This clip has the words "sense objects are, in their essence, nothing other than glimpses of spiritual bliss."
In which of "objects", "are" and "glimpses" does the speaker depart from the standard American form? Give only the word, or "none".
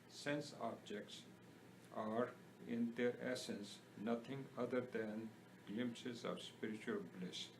none